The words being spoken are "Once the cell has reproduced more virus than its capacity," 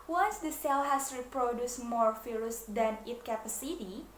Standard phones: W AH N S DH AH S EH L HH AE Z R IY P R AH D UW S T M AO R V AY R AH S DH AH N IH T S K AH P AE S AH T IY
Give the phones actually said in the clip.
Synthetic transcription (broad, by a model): W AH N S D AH S EH L HH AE S R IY P R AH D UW S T M AO R F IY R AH S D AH N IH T K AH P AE S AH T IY